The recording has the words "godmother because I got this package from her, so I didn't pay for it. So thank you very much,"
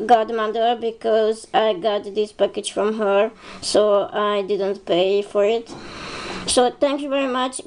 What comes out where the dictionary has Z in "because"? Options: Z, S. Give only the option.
Z